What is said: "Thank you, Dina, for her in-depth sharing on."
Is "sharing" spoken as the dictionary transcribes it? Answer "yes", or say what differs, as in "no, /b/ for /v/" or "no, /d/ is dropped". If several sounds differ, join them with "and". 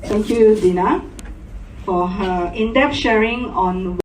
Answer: yes